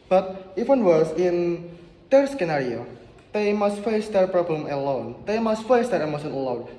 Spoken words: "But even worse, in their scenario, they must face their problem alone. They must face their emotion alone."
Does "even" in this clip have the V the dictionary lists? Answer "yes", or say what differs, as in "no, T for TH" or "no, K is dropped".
no, W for V